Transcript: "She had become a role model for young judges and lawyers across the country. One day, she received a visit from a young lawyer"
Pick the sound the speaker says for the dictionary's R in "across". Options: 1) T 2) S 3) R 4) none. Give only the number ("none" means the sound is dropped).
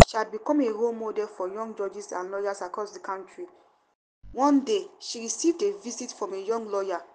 3